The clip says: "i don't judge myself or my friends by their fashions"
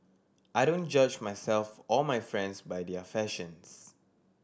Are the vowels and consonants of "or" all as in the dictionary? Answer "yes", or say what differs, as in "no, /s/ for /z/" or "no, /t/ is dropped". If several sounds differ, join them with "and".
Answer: no, /l/ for /ɹ/